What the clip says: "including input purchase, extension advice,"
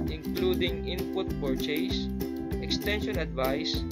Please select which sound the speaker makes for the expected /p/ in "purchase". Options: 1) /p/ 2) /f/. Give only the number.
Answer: 2